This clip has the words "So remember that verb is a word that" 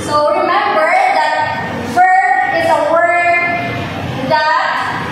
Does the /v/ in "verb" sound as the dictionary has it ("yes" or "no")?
no